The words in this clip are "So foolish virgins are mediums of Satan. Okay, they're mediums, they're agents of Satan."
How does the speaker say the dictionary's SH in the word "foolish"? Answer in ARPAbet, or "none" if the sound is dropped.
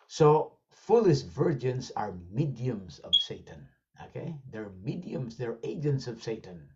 S